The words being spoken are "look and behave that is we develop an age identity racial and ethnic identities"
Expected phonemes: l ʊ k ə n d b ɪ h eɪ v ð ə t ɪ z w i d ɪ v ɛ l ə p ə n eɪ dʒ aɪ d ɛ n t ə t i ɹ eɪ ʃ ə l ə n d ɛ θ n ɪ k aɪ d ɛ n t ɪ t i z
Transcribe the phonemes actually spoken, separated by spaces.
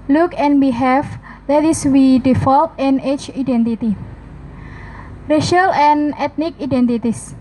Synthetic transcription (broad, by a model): l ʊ k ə n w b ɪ h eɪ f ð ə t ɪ s w i d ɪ f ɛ l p ə n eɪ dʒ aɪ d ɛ n t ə t i ɹ eɪ ʃ ə l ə n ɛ t n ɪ k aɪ d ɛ n t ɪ t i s